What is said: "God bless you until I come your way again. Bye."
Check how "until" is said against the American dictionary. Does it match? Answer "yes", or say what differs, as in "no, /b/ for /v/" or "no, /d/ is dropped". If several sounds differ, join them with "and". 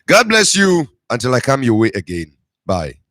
yes